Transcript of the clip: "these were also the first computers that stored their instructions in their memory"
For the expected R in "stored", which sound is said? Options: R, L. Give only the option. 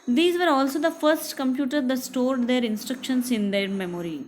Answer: R